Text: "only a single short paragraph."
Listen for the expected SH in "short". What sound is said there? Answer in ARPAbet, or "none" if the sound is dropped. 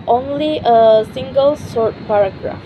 S